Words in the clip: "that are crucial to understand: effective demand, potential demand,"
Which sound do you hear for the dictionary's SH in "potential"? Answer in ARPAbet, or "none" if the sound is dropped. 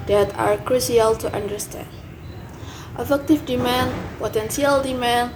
S